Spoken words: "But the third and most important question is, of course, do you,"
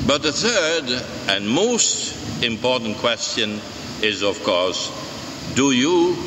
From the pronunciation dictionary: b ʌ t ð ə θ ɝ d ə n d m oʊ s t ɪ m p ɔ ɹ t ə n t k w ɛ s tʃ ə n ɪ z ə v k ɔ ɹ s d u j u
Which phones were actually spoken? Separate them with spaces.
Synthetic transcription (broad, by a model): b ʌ t ð ə θ ɝ d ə n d m oʊ s t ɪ m p ɔ ɹ t n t k w ɛ s tʃ ə n ɪ z ə v k ɔ ɹ s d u j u